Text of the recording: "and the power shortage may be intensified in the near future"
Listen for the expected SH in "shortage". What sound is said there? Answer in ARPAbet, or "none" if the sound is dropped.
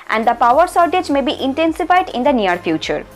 S